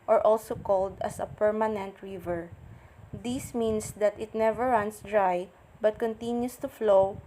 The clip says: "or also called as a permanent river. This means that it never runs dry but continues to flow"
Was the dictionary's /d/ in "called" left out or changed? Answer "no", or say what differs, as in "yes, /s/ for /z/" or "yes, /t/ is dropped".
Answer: no